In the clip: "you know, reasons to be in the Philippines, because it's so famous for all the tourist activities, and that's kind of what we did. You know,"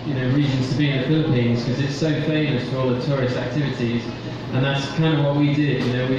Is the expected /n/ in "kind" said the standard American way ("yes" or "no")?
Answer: yes